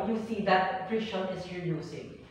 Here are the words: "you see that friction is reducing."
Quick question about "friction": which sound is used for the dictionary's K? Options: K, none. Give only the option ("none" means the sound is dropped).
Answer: none